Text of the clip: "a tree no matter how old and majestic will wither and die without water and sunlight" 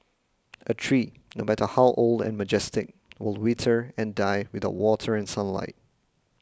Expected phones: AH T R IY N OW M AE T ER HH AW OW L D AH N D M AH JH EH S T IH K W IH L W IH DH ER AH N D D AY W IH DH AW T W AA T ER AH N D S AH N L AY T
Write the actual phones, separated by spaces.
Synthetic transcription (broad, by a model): AH T R IY N OW M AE T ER HH AW OW L D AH N M AH JH EH S T IH K W IH L W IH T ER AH N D D AY W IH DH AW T W AA T ER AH N S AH N L AY T